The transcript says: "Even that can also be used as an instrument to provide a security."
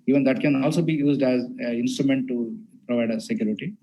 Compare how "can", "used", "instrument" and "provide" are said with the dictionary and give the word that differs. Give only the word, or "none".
none